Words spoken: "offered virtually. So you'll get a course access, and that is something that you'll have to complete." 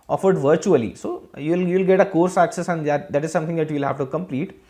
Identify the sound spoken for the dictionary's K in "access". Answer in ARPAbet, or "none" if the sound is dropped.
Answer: K